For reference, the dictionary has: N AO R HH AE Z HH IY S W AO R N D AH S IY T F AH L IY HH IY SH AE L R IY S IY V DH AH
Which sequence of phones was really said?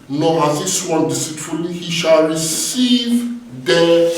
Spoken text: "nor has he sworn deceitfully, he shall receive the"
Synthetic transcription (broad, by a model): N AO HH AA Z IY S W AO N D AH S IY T AH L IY HH IY SH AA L R IY S IY V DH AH